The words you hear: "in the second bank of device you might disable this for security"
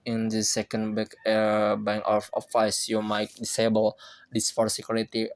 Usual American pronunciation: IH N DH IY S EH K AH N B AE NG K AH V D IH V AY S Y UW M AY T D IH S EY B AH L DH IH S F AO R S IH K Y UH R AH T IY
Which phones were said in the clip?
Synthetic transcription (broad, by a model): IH N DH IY S EH K AH N B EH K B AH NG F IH F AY S Y UW M AY T D IH S EY B AH L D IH S F AO R S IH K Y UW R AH T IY